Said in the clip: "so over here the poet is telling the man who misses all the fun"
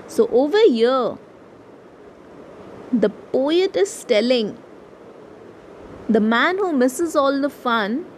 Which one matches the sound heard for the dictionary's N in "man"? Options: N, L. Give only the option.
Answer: N